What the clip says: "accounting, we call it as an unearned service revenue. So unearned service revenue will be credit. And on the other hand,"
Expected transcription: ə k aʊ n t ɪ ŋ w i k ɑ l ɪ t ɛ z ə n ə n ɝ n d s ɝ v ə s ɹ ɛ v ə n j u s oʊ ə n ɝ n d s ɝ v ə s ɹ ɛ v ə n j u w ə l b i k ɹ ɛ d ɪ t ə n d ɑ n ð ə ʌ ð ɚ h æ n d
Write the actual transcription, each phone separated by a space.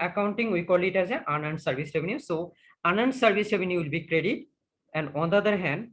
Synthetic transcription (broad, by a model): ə k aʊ n t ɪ ŋ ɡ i k ɑ l ɪ t ɛ z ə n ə n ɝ n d s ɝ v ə s ɹ ɛ v ə n j u s oʊ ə n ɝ n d s ɝ v ə s ɹ ɛ v ə n j u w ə l b i k ɹ ɛ d ɪ t ə n d ɑ n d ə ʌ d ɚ h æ n d